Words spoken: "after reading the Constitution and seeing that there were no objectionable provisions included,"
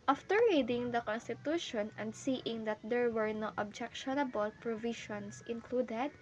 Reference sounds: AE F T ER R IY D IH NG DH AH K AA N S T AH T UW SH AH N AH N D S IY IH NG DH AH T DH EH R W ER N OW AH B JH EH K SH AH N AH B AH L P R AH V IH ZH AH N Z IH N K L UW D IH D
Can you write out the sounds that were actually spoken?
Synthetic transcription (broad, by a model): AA F T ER R IY D IH NG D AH K AA N S T AH T UW SH AH N AH N D S IY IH NG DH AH T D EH R W ER N OW AH B JH EH K SH AH N AH B AH L P R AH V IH SH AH N S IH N K L UW D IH D